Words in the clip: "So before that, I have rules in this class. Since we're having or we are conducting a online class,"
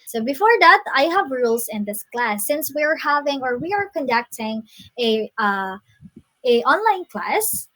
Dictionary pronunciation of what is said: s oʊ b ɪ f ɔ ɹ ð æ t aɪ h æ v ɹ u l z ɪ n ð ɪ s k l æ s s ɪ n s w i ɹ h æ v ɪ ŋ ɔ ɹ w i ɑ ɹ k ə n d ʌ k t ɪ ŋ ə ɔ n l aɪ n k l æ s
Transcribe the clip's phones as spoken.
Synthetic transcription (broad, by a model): s oʊ b ɪ f ɔ ɹ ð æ t aɪ h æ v ɹ u l s ɪ n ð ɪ s k l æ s s ɪ n s w i ɹ h æ v ɪ ŋ ɔ ɹ w i ɑ ɹ k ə n d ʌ k t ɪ ŋ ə ɔ n l aɪ n k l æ s